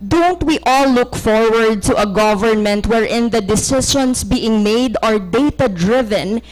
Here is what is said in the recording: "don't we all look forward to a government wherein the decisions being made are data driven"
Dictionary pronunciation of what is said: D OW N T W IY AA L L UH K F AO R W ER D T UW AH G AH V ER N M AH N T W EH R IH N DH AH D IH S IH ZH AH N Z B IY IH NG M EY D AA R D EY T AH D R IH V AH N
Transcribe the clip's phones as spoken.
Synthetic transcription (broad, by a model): D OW N T W IY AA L L UH K F AO R W ER D T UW AH G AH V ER N M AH N T W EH R IH N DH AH D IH S IH SH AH N S B IY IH NG M EY D AA R D EY T AH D R IH V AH N